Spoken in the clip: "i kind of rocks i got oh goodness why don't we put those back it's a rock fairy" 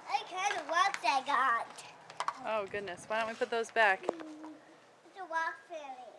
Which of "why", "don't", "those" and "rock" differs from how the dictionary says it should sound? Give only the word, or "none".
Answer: rock